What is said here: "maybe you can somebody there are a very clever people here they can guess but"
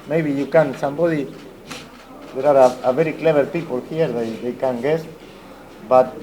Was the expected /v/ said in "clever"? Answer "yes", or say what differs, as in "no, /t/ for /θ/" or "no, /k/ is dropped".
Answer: no, /b/ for /v/